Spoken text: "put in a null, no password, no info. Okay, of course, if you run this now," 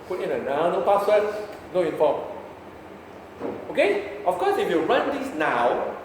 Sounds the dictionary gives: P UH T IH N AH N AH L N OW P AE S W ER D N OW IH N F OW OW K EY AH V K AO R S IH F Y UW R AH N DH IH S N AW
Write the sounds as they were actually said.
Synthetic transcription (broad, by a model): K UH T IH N AH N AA W N OW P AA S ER N OW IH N F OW OW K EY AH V K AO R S IH F Y UW R AH N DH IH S N AW